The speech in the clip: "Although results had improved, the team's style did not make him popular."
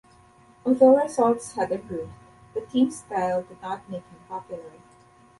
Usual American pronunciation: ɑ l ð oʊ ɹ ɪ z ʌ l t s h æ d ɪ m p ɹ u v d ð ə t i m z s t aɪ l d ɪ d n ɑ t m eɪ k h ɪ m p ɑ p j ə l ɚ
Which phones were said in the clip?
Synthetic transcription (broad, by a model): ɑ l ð oʊ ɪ s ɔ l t s h æ d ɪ p ɹ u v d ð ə t i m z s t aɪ l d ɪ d n ɑ t m eɪ k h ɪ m p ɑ p j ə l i